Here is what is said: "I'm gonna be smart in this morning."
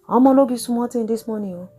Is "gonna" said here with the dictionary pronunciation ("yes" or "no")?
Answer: no